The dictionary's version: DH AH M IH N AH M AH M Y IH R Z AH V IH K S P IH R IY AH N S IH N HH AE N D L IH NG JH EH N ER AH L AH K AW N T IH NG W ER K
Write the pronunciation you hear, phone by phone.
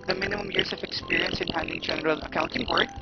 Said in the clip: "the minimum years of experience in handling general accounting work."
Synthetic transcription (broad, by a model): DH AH M IH N AH M AH M Y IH R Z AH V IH K S P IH R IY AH N S IH N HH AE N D IH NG JH EH N ER AH L AH K AW N T IH NG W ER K